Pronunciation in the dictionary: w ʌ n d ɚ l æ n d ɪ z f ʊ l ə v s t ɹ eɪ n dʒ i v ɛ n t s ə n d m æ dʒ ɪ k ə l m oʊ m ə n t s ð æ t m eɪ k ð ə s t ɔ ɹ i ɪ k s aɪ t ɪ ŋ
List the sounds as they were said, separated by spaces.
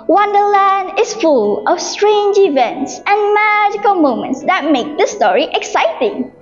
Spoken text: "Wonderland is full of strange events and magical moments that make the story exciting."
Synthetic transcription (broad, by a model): w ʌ n d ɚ l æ n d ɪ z f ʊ l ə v s t ɹ eɪ n dʒ i v ɛ n t s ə n m æ dʒ ɪ k ə l m oʊ m ə n t s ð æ t m eɪ k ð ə s t ɔ ɹ i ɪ k s aɪ t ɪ ŋ